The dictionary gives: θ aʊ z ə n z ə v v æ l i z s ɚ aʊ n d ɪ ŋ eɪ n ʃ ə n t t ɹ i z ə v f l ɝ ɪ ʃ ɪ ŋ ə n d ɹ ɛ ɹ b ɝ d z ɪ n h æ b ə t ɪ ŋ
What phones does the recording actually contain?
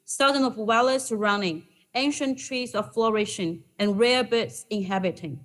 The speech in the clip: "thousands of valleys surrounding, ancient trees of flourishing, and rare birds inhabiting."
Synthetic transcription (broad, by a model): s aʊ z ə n ə v w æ l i s ɚ aʊ n d ɪ ŋ eɪ n ʃ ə n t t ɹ i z ə v f l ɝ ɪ ʃ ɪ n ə n ɹ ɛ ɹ b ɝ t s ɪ n h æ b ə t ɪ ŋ